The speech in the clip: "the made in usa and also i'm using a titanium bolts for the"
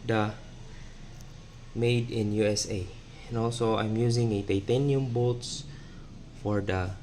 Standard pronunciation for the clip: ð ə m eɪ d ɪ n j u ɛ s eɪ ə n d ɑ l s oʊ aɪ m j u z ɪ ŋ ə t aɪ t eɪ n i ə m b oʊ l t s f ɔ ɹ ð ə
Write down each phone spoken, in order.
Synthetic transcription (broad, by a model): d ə m eɪ d ɪ n j u ɛ s eɪ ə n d ɑ l s oʊ aɪ m j u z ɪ ŋ ə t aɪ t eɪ n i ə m b oʊ t s f ɔ ɹ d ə